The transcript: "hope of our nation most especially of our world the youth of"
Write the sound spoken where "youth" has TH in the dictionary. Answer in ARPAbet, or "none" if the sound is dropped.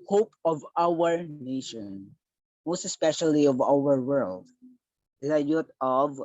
T